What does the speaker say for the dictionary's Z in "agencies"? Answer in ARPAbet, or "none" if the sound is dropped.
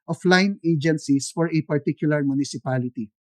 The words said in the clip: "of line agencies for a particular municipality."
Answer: S